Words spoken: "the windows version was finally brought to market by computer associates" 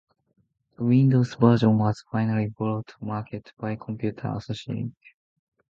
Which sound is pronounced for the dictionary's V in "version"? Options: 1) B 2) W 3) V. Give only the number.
1